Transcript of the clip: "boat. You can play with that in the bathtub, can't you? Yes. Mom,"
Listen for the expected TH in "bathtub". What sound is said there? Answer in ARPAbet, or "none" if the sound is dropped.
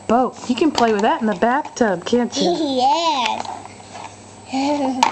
TH